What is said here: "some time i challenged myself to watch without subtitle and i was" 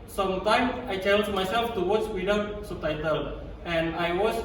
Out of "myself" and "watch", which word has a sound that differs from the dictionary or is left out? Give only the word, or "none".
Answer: watch